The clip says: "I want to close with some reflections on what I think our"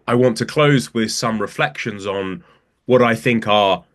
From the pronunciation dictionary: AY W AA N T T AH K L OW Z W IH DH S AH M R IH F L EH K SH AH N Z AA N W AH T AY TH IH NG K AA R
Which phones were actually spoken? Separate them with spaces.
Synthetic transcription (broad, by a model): AY W AA N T T AH K L OW Z W IH DH S AH M R IH F L EH K SH AH N Z N W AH T AY TH IH NG K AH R